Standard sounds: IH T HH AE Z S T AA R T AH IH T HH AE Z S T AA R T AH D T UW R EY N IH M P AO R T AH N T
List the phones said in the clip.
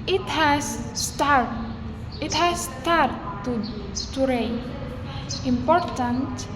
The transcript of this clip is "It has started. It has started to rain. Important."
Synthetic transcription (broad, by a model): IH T HH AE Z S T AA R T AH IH T HH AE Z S T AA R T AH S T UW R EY IH M P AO R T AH N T